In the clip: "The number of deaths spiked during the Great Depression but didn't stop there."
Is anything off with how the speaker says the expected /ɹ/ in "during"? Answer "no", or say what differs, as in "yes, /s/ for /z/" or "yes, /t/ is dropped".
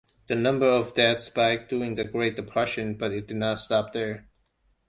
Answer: yes, /ɹ/ is dropped